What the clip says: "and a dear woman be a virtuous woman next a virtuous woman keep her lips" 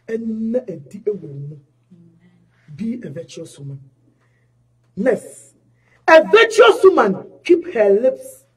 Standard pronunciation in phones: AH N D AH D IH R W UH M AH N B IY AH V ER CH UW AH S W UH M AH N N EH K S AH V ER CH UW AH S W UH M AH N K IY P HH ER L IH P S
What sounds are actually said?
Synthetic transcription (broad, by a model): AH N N AH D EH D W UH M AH B IY AH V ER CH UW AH S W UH M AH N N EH S AH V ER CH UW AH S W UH M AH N K IY P HH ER L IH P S